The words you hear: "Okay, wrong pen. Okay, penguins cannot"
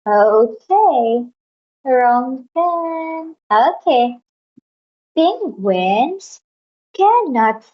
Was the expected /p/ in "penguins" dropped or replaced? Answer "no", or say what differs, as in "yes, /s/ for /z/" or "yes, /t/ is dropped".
yes, /b/ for /p/